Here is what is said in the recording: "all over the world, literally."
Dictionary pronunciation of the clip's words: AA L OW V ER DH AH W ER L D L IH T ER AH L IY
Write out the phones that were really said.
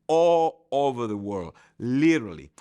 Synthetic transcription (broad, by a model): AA L OW V ER DH AH W ER L D L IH T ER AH L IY